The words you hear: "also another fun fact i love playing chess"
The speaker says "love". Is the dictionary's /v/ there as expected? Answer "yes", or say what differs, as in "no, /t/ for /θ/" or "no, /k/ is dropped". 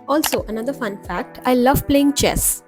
yes